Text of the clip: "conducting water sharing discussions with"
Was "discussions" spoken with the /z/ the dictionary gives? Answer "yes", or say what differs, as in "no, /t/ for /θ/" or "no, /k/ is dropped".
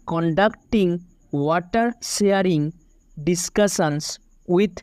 no, /s/ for /z/